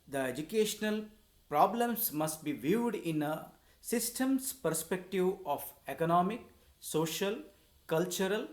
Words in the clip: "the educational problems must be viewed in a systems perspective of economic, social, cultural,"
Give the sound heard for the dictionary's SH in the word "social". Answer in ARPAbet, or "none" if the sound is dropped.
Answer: SH